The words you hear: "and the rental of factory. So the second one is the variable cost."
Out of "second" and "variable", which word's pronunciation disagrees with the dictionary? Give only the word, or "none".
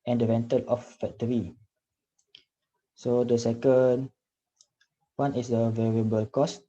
none